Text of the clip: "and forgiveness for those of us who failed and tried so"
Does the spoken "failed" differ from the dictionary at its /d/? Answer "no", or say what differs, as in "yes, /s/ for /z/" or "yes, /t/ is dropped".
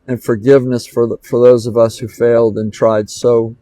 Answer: no